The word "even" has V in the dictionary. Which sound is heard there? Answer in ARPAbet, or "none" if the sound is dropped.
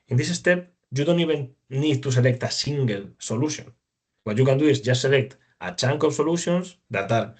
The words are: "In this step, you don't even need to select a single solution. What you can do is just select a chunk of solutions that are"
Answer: B